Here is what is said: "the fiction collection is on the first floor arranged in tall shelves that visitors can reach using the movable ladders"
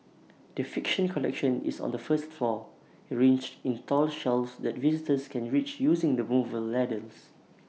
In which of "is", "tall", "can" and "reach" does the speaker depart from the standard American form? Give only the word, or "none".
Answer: is